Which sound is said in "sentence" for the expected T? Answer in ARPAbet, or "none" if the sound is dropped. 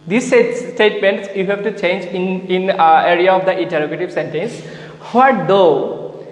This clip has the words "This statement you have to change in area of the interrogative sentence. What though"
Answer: T